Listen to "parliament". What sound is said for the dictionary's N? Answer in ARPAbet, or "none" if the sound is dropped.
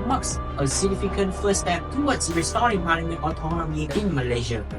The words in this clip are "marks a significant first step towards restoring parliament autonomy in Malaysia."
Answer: none